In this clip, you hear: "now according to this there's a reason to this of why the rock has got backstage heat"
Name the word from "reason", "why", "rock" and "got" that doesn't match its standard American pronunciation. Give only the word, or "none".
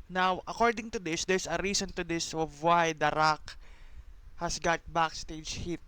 reason